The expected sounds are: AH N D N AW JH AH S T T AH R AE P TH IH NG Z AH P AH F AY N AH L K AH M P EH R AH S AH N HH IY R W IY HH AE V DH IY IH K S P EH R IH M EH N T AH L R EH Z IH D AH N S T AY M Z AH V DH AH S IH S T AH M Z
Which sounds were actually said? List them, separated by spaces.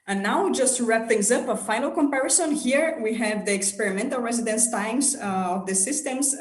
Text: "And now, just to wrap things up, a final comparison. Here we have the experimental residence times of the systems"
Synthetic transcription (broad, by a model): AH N N AW JH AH S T T R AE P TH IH NG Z AH P AH F AY N AH L K AH M P EH R AH S AH N HH IY R W IY HH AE V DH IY IH K S P EH R IH M EH N T AH L R EH Z IH D AH N S T AY M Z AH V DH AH S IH S T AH M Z